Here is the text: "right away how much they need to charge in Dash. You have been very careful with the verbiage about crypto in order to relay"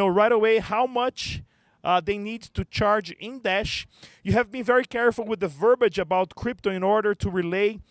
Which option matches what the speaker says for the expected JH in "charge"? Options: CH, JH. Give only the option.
JH